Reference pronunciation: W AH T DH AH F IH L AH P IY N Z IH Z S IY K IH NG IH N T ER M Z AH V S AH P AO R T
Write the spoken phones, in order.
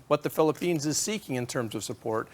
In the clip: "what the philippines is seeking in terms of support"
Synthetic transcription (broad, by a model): W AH T DH AH F IH L AH P IY N Z IH Z S IY K IH NG IH N T ER M Z AH V S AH P AO R T